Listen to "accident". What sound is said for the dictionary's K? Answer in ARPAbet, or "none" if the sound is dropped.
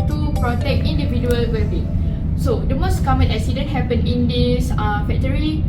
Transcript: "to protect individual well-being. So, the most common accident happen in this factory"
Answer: none